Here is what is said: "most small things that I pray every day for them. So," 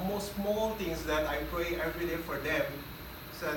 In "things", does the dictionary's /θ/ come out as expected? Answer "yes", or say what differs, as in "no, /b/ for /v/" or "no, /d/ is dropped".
no, /t/ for /θ/